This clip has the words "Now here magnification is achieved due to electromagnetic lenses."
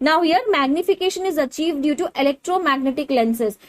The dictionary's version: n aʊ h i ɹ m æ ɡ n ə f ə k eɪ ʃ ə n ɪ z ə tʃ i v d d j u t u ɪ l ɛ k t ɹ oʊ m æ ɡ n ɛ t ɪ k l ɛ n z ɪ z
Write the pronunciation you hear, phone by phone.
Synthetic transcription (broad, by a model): n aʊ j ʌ ɹ m æ ɡ n ə f ə k eɪ ʃ ə n ɪ z ə tʃ i v d d j u t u ɪ l ɛ k t ɹ oʊ m æ ɡ n ɛ t ɪ k l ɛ n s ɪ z